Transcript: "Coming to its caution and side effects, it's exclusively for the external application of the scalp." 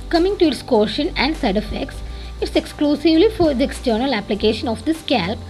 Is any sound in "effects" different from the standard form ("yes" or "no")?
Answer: no